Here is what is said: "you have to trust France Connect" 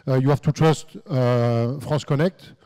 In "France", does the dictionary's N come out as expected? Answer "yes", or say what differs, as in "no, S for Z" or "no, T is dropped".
no, N is dropped